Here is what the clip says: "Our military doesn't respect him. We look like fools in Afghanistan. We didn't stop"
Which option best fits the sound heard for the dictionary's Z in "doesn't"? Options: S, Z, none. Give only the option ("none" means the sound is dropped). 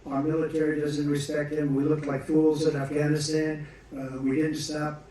Z